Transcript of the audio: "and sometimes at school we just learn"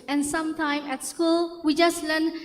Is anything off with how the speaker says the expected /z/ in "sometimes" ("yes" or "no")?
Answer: yes